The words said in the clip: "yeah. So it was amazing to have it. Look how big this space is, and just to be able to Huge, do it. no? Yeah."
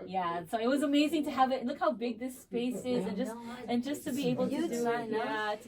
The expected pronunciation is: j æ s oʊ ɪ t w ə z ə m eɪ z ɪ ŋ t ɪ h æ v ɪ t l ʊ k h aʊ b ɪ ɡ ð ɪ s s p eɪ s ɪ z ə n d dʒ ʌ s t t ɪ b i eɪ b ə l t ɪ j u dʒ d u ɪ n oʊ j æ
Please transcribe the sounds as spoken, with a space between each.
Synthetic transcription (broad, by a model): j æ s oʊ ɪ t w ə z ə m eɪ z ɪ ŋ t ɪ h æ v ɪ t l ʊ k h aʊ b ɪ ɡ ð ɪ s s p eɪ s ɪ z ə n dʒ dʒ ʌ s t t ɪ b i eɪ b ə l t ɪ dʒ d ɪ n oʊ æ